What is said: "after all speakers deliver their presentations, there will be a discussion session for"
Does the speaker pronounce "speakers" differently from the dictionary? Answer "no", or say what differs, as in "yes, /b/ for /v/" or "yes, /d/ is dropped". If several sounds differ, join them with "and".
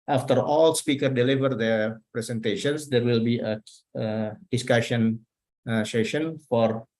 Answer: yes, /z/ is dropped